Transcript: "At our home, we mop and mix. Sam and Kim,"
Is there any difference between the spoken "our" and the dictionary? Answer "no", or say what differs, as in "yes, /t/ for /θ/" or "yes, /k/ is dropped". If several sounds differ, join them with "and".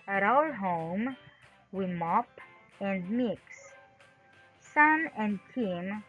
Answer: yes, /l/ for /ɹ/